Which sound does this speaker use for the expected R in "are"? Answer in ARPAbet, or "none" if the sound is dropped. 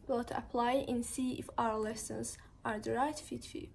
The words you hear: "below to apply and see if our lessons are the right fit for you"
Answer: R